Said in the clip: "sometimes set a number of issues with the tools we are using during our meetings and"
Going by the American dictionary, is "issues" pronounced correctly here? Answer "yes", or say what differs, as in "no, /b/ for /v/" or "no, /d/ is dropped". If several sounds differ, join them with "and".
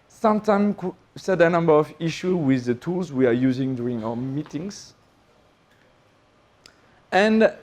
no, /z/ is dropped